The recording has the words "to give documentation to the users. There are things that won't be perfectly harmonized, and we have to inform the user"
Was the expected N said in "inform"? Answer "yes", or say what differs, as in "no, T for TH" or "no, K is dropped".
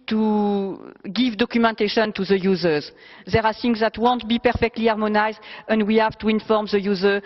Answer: yes